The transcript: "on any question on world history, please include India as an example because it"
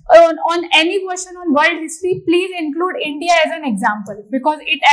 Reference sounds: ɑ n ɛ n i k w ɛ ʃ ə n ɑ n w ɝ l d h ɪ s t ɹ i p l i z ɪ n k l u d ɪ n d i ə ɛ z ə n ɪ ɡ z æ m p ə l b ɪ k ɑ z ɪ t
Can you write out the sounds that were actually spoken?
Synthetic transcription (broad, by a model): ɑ n ɛ n i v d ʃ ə n ɑ n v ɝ l d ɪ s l i p l i z ɪ n k l u d ɪ n d i ə ɛ z ə n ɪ ɡ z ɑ m p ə l b ɪ k ɑ z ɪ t